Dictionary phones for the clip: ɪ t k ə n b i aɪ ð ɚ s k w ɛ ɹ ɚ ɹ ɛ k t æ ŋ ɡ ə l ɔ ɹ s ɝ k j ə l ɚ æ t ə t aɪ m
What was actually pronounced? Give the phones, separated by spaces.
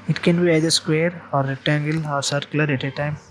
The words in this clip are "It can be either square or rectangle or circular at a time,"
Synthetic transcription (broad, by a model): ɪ t k ə n b i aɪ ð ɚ s k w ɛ ɹ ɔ ɹ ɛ t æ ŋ ɡ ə l ɔ ɹ s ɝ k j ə l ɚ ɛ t ə t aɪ m